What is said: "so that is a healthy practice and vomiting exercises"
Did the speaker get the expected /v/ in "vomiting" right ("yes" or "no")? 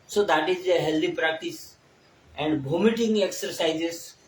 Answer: no